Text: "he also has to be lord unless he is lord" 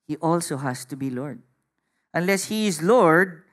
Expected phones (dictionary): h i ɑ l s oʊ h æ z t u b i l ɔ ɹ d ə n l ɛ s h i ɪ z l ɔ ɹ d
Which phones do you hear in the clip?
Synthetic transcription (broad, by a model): h i ɑ l s oʊ h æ s t u b i l ɔ ɹ d ə n l ɛ s h i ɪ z l ɔ ɹ d